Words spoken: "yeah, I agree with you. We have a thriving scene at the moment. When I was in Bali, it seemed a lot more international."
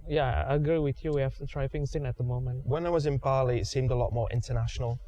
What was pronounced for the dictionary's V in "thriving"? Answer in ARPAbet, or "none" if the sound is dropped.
F